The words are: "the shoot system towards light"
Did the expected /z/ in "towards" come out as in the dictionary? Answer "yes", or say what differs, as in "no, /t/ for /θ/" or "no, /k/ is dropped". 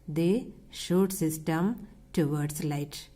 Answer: no, /s/ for /z/